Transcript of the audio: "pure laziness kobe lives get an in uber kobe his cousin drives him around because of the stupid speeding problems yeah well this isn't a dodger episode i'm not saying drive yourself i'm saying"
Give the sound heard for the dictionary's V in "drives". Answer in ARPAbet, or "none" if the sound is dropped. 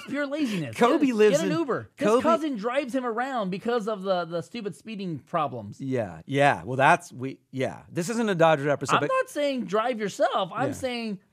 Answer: V